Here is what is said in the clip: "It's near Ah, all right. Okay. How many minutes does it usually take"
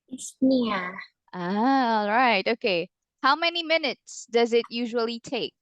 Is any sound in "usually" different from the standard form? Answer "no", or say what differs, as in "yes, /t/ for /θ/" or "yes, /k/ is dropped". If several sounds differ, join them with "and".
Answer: no